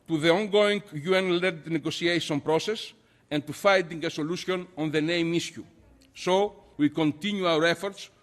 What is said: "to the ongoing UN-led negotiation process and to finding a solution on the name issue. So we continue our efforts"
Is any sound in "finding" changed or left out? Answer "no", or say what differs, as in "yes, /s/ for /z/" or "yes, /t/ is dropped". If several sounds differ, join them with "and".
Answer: yes, /n/ is dropped